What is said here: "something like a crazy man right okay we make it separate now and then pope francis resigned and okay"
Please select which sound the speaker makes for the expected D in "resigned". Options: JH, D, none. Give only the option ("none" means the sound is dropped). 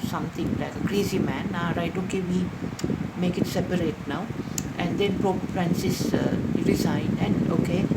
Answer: none